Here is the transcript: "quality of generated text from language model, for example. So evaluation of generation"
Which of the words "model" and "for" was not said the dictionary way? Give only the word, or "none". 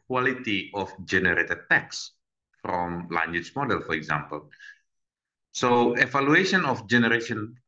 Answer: none